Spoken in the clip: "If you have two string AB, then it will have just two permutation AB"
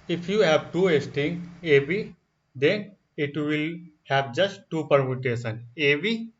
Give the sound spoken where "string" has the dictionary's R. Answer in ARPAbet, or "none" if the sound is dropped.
none